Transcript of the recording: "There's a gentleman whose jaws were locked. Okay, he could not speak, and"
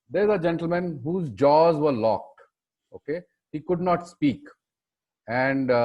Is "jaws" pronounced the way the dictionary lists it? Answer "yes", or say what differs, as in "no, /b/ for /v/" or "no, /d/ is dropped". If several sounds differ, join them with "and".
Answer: yes